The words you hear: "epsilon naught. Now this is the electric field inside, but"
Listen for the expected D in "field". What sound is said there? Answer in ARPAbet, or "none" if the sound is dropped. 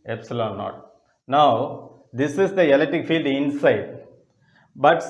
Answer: D